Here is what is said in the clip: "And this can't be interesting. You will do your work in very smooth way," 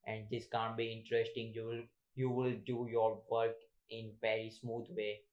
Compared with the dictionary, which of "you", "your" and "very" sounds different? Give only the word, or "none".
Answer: very